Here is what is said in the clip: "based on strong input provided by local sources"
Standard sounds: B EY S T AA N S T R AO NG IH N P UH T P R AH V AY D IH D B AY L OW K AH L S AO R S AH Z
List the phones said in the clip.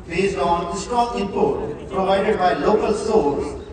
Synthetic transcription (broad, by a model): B EY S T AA N S T AO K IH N P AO T P R AH V AY D IH D B AY L OW K AH L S AO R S